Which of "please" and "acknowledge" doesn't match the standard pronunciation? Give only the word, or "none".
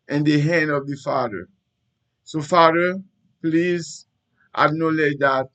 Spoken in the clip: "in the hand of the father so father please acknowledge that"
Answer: acknowledge